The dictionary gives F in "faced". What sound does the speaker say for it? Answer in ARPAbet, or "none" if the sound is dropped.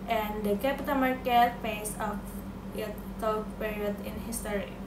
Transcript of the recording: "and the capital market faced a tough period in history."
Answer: P